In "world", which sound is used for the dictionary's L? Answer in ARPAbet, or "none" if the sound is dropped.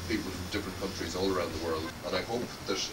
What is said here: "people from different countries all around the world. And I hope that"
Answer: L